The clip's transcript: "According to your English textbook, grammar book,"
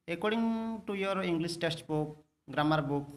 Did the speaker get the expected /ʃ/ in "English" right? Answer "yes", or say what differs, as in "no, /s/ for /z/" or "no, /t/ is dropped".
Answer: no, /s/ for /ʃ/